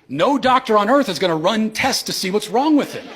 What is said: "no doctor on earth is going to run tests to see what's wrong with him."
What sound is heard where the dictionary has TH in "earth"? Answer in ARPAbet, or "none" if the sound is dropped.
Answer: TH